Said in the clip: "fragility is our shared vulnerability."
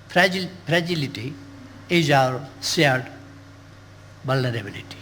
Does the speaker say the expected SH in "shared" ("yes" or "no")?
no